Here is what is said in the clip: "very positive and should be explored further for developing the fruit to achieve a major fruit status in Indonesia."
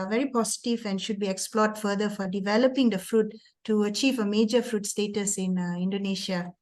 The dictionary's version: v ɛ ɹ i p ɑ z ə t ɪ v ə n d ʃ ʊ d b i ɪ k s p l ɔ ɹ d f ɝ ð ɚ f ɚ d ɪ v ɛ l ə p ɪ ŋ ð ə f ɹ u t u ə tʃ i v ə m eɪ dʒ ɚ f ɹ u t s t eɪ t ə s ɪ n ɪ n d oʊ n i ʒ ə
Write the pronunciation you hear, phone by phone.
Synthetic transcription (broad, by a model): v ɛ ɹ i p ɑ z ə t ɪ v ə n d ʃ ʊ d b i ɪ k s p l ɔ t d f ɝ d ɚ f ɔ d ɪ v ɛ l ə p ɪ ŋ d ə f ɹ u t u ə tʃ i v ə m eɪ dʒ ɚ f ɹ u t s t eɪ t ə s ɪ n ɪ n d oʊ n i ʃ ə